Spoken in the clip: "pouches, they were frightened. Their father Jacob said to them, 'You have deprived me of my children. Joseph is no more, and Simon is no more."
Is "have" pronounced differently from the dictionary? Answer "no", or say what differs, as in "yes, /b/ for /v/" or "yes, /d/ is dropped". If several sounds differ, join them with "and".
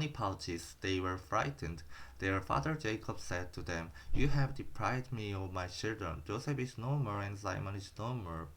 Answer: no